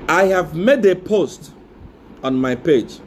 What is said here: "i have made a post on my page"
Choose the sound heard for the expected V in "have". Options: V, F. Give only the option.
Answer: V